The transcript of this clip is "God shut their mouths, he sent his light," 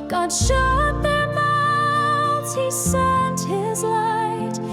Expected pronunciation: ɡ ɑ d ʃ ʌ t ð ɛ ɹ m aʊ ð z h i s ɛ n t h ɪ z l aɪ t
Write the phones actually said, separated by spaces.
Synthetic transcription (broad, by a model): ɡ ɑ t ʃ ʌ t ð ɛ ɹ m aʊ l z h i s ɛ n t h ɪ z l aɪ t